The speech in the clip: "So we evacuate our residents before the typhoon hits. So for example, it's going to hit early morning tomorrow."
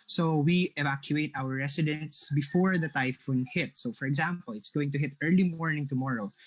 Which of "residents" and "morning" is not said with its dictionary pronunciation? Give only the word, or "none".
residents